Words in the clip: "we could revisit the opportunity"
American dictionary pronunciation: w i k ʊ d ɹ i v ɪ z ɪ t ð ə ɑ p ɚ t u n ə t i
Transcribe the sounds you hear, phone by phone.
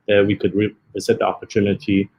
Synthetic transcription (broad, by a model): w i k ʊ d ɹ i ɪ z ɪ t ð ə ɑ p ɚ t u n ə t i